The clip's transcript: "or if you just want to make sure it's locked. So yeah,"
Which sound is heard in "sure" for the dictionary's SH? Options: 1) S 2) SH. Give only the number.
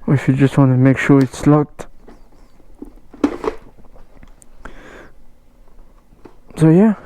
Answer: 2